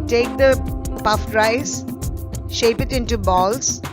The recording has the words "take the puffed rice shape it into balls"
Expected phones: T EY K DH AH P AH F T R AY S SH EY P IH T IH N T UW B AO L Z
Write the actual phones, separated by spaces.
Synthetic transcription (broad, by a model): T EY K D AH P AH F T R AY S SH EY P IH T IH N T UW B AO L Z